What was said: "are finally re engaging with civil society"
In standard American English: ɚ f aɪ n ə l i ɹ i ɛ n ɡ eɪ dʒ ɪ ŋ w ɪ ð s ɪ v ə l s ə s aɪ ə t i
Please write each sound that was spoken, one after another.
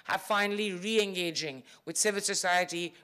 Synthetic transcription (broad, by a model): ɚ f aɪ n ə l i ɹ i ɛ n ɡ eɪ dʒ ɪ ŋ w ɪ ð s ɪ v ə l s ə s aɪ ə t i